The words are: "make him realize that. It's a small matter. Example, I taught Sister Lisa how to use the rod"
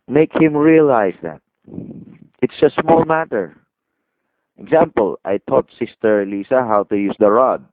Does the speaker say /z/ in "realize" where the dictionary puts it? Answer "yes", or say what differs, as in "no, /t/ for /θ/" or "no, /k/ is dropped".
no, /s/ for /z/